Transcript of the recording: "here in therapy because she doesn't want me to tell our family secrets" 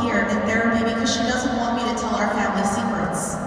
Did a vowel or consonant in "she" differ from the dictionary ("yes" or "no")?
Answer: no